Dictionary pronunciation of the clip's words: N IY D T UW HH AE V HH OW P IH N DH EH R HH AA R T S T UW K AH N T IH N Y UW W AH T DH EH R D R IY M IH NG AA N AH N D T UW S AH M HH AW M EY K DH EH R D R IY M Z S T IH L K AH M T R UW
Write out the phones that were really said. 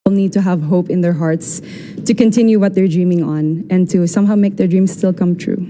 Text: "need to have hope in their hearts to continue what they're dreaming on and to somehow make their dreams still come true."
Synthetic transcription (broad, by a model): N IY D T UW HH AE V HH OW P IH N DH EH R HH AA R T S T UW K AH N T IH N Y UW W AH T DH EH R D R IY M IH NG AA N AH N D T UW S AH M HH AW M EY K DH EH R D R IY M S T IH L K AH M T R UW